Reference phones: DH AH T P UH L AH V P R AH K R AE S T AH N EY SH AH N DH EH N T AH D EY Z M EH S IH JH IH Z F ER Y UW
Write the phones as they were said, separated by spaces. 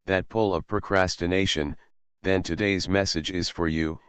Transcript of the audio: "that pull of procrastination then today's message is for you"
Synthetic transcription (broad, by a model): DH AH T P UH L AH V P R AH K R AE S T AH N EY SH AH N DH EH N T AH D EY Z M EH S IH JH IH Z F ER Y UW